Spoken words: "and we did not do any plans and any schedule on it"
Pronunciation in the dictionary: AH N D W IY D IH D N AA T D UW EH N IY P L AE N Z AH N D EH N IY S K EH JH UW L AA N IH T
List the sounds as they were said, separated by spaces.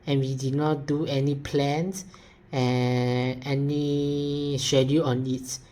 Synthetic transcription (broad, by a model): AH N W IY D IH D N AA T D UW EH N IY P L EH N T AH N EH N IY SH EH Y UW AA N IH T